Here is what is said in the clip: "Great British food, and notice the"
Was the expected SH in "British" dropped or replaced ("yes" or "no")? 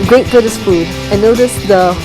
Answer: yes